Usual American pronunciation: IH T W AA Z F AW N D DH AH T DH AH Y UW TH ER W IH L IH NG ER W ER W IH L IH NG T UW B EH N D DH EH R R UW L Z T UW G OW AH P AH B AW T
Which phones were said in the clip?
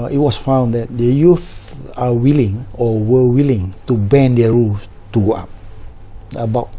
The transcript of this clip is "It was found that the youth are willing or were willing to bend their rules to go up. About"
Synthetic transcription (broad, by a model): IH T W AA S F AW N D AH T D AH Y UW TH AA W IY L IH NG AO W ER W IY L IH NG T UW B EH N D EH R R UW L T UW G OW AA P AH B AW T